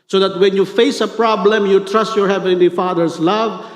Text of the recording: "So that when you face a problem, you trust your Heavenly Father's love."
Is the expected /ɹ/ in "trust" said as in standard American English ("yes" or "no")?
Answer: yes